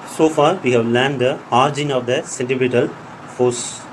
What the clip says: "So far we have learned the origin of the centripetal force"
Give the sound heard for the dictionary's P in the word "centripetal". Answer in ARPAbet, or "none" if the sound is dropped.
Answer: B